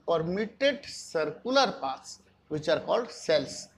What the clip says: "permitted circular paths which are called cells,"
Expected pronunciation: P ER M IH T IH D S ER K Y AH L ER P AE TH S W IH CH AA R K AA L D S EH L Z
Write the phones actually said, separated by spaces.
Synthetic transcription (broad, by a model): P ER M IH T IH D S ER K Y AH L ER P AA T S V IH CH AA R K AA L D S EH L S